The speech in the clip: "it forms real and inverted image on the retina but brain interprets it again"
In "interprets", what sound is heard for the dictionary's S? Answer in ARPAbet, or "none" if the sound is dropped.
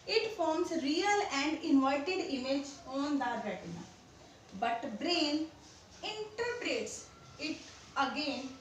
S